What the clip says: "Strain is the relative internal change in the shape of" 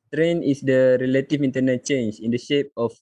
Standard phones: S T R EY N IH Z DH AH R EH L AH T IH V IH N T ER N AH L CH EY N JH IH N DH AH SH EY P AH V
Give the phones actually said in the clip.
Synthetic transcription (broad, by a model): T R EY N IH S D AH R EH L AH T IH F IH N T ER N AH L CH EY N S IH N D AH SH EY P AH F